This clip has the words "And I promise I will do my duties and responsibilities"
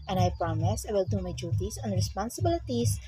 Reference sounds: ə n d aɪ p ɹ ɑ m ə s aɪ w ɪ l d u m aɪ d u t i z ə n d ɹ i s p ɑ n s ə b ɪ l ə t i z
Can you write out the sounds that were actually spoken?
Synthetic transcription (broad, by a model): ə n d aɪ p ɹ ɑ m ə s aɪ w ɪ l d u m aɪ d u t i s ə n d ɹ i s p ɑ n s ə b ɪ l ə t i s